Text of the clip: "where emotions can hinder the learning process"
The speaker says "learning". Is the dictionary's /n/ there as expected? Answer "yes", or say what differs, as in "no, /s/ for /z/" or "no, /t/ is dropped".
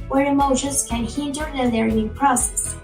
no, /n/ is dropped